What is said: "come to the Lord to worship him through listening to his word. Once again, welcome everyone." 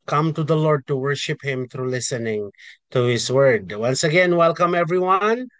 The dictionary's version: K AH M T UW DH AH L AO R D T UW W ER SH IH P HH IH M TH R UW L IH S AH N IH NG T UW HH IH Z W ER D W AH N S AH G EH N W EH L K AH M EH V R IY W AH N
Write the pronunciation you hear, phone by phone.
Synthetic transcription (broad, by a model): K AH M T UW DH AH L AO R D T UW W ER SH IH P HH IH M T R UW L IH S AH N IH NG T UW HH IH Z W ER D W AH N S AH G EH N W EH L K AH M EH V R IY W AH N